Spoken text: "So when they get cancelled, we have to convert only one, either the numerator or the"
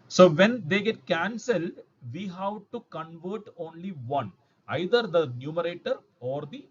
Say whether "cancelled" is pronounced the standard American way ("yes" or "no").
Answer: yes